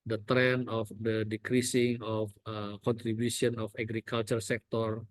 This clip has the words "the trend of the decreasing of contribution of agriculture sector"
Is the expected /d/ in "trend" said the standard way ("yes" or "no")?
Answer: no